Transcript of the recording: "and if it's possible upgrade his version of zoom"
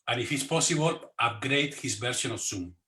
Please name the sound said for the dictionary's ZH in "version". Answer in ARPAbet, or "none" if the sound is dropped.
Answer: S